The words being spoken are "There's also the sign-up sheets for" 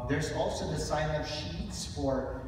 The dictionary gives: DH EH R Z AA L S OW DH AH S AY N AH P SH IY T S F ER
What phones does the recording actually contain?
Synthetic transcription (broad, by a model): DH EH R Z AA L S OW DH AH S AY N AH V SH IY T S F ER